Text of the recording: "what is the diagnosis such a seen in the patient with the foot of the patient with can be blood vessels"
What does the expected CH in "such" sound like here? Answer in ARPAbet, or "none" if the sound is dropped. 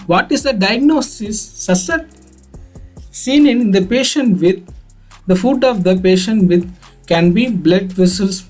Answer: S